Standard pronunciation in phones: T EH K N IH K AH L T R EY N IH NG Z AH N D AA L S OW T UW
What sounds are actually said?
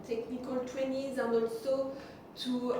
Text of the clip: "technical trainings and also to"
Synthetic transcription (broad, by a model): T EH K N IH K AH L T W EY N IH Z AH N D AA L S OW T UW